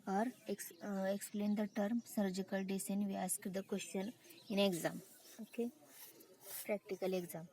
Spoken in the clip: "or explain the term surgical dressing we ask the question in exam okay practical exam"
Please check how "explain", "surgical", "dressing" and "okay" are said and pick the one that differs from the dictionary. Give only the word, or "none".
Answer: dressing